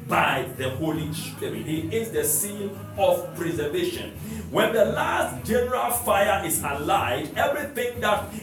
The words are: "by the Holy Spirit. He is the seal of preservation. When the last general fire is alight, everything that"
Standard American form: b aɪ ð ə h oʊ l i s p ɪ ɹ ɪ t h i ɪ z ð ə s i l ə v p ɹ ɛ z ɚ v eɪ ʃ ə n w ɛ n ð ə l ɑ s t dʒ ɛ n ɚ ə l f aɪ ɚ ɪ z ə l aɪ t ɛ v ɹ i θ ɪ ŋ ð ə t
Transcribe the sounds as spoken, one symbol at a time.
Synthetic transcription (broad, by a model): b aɪ ð ə h oʊ l i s p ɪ ɹ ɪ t h i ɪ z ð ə s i n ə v p ɹ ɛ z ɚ v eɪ ʃ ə n w ɛ n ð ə l ɑ s t dʒ ɛ n ɚ ə l f aɪ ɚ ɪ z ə l aɪ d ɛ v ɹ i θ ɪ ŋ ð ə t